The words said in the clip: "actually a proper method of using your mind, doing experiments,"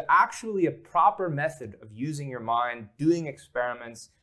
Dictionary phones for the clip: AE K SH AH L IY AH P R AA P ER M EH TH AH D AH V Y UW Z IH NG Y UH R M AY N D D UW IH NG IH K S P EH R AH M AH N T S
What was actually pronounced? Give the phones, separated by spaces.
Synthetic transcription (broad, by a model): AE K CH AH L IY AH P R AA P ER M EH TH AH D AH V Y UW Z IH NG Y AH R M AY N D D UW IH NG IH K S P EH R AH M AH N T S